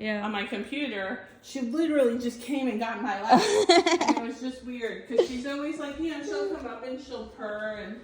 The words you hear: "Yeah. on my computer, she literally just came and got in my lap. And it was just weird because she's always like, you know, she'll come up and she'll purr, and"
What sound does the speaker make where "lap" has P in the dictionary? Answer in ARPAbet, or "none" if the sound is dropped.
none